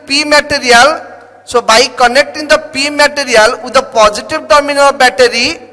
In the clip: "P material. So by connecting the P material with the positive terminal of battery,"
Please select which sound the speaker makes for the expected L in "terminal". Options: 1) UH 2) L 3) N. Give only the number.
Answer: 3